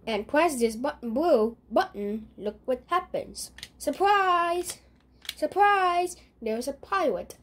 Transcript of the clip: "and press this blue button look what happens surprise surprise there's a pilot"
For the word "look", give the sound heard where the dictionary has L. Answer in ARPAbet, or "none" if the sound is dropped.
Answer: L